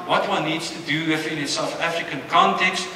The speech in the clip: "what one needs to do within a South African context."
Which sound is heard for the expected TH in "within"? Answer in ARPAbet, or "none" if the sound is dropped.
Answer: F